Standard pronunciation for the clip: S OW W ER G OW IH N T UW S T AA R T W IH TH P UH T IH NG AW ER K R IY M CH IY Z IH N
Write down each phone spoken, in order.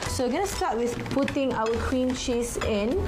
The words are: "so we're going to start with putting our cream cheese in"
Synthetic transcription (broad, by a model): S OW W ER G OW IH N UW S T AA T W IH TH P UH T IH NG AW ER K W IY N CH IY S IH N